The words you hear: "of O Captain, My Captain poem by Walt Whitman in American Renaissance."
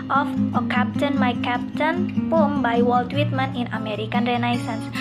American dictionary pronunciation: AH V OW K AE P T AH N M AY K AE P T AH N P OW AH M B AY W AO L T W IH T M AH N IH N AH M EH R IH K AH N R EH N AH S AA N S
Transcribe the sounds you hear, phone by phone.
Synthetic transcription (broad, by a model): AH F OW K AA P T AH N M AY K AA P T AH N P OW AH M B AY W AO L T W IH T M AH N IH N AH M EH R IH K AH N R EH N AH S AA N S